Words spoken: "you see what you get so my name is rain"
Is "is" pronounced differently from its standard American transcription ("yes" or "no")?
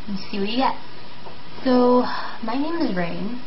no